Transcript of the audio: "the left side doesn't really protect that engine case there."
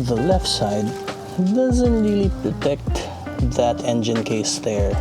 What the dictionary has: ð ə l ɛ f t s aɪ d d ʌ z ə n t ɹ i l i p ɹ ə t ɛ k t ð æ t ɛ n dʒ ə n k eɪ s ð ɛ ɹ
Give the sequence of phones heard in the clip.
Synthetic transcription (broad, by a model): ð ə l ɛ f t s aɪ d d ʌ z ə n t ɹ i l i p ɹ ə t ɛ k t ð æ t ɛ n dʒ ə n k eɪ s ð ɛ ɹ